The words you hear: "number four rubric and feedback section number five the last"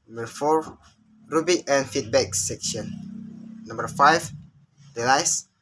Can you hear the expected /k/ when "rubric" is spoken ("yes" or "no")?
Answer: no